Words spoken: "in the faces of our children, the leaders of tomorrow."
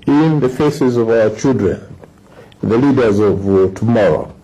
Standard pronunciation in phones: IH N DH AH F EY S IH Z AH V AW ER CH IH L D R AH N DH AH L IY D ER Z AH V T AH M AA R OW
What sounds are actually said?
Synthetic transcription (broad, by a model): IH N DH AH F EY S IH Z AH V AW ER CH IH L D R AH N DH AH L IY D ER Z AH V T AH M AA R OW